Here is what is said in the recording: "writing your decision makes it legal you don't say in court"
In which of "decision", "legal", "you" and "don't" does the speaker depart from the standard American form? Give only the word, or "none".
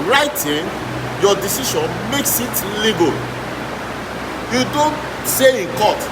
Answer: decision